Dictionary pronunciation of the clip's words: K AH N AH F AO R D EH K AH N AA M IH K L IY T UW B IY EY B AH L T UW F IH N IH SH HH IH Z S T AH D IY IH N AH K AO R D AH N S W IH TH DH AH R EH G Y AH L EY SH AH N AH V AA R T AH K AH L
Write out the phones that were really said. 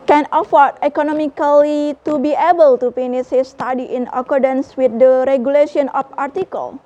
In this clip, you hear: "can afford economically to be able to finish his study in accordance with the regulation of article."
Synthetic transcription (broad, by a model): K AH N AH F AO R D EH K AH N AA M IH K L IY T UW B IY EY B AH L T UW P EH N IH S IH S T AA D IY IH N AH K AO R D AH N S W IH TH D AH R EH G Y AH L EY SH AH N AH F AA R T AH K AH L